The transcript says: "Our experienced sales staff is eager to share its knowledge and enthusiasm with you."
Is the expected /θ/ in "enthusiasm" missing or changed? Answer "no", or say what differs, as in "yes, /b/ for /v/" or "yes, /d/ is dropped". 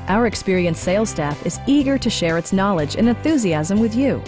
no